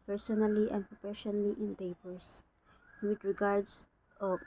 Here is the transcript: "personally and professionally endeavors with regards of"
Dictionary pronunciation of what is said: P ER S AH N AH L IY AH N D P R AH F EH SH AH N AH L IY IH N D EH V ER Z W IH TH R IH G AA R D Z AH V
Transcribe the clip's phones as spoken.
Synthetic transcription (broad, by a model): P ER S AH N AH L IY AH N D P R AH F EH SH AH N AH L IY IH N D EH P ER S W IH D R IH G AA R D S